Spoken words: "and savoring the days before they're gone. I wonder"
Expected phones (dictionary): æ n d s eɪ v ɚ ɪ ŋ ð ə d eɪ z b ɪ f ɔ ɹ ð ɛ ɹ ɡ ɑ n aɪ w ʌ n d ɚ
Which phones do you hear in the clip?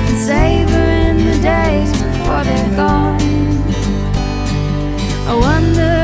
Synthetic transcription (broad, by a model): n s eɪ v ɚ ɪ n ð ə d eɪ z b ɪ f ɔ ɹ ð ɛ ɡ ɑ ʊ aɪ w ʌ n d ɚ